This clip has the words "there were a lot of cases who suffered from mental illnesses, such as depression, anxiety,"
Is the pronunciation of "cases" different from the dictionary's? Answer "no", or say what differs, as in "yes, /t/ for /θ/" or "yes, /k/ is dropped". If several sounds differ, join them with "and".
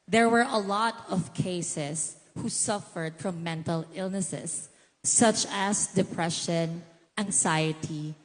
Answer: yes, /s/ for /z/